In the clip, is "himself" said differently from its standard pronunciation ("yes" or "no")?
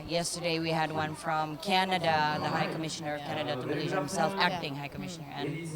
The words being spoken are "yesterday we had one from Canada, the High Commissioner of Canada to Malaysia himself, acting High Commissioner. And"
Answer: no